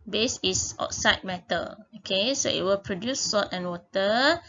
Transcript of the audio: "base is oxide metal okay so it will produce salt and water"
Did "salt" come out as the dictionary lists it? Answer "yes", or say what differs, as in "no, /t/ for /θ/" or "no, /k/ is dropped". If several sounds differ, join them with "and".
no, /l/ is dropped